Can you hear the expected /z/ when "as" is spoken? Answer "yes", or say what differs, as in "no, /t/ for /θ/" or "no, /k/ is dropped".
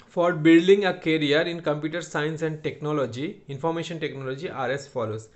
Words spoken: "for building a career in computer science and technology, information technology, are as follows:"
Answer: no, /s/ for /z/